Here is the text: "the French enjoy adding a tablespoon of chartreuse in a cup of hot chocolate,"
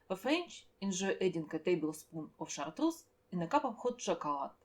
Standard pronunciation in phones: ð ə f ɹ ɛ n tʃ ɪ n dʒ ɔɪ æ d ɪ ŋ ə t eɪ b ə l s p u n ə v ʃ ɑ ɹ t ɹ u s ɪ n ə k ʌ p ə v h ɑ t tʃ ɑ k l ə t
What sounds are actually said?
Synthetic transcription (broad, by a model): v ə f ɹ ɛ n tʃ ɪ n ʒ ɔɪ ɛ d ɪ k ə t eɪ b ə l s p u n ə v ʃ ɑ ɹ t ɹ u s ɪ n ə k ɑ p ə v h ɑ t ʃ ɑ k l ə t